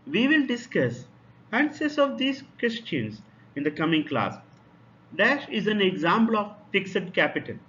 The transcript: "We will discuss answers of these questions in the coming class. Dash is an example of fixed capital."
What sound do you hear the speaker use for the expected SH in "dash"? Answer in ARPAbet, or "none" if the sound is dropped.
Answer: SH